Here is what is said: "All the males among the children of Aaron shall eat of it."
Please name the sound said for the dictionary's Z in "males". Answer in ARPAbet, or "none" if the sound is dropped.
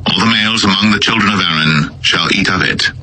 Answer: Z